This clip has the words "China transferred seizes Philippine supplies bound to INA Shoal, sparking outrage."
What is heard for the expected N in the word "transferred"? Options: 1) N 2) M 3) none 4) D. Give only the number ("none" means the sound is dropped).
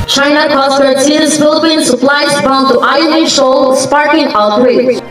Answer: 3